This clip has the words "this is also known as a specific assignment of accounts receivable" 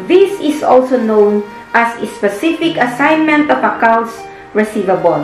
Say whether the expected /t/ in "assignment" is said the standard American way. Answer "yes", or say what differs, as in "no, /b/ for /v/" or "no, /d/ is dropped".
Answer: yes